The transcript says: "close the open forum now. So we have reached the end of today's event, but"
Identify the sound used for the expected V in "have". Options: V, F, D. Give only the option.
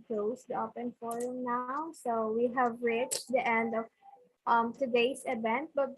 V